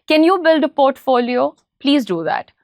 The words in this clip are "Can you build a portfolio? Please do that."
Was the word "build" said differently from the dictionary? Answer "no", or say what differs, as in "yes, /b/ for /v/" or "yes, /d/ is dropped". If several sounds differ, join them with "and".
no